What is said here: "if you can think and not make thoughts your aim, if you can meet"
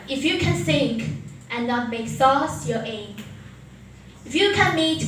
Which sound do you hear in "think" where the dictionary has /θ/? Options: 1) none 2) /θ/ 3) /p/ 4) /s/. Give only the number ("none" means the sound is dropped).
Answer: 4